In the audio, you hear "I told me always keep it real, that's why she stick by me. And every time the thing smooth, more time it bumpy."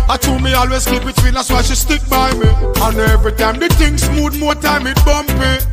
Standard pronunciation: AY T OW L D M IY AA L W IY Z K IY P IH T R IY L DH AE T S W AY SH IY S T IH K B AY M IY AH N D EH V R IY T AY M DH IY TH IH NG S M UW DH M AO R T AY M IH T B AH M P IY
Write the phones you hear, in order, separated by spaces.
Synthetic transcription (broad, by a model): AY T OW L M IY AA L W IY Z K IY B IH T W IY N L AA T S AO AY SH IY S T IH K B AY M IY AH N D EH V R IY T AY M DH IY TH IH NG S M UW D M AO T AY M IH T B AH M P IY